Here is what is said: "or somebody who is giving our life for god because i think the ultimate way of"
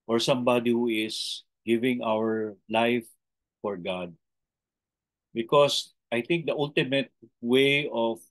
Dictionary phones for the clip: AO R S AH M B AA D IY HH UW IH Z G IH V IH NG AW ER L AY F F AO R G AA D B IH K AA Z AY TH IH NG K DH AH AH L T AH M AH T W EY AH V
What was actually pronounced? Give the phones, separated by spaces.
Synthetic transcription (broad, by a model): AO R S AH M B AA D IY HH UW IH S G IH V IH NG AW ER L AY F F AO R G AA D B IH K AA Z AY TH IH NG K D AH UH L T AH M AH T W EY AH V